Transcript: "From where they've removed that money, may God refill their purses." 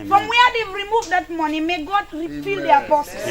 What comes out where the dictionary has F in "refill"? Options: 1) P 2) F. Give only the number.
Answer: 1